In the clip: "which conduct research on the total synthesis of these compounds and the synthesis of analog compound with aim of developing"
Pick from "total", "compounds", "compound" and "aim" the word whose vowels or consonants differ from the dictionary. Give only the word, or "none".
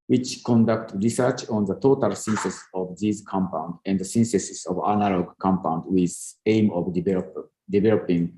compounds